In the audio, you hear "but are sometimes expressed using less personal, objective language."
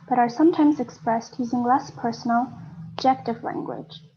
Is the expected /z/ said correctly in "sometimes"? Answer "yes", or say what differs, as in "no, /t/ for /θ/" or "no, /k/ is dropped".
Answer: yes